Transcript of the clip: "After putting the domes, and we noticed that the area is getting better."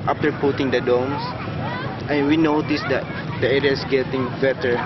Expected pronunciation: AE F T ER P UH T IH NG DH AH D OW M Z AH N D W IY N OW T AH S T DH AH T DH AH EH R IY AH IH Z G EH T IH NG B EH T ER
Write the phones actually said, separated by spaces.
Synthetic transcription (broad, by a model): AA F T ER P UH T IH NG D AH D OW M S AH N W IY N OW T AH S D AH T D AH EH R IY AH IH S G EH T IH NG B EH T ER